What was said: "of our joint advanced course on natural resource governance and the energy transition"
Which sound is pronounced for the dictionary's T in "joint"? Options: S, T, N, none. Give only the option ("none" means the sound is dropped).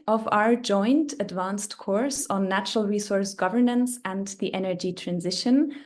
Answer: T